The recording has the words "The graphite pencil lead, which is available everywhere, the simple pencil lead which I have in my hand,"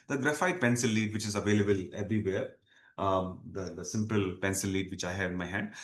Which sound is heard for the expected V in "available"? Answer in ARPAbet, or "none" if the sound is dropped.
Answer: V